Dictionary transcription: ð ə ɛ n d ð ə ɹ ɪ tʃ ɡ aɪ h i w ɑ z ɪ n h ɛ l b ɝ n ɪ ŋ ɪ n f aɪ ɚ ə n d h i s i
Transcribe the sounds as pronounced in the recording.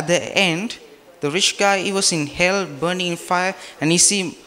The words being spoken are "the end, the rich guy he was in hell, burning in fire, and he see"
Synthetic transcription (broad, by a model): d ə ɛ n d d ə ɹ ɪ tʃ ɡ aɪ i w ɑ s ɪ n h ɛ l b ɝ n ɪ ŋ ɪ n f aɪ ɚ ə n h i s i